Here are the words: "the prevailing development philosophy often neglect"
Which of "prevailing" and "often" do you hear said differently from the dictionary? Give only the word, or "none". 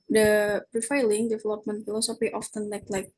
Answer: prevailing